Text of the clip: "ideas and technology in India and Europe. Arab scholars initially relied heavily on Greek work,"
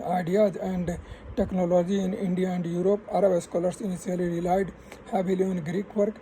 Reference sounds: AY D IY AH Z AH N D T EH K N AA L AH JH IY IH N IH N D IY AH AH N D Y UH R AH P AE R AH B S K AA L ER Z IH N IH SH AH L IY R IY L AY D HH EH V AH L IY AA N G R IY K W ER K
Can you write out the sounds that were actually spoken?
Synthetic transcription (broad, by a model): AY D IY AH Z AH N D T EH K N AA L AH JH IY IH N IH N D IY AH AH N D Y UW R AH P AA R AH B S K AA L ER S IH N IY S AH L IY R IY L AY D HH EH B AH L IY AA N G R IY K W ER K